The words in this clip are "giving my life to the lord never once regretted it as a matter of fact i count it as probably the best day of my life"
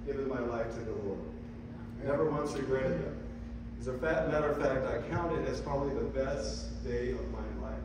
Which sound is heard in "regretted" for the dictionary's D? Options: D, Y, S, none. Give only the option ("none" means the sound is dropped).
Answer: none